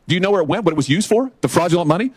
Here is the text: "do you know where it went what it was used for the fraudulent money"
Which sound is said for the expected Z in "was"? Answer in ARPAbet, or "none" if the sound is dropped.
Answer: Z